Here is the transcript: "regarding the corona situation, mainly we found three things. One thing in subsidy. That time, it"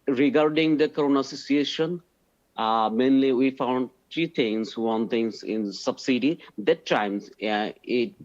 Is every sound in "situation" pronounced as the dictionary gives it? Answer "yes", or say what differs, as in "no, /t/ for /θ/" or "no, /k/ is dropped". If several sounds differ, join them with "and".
no, /s/ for /tʃ/